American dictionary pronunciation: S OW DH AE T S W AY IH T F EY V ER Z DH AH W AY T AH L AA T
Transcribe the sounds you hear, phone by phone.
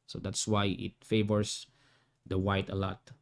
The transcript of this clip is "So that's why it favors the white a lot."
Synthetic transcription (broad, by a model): S OW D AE T S W AY IH T F EY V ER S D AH W AY T AH L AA T